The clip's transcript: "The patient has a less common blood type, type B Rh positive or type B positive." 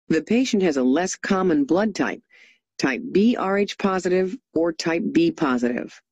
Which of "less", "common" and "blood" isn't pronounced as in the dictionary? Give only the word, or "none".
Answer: none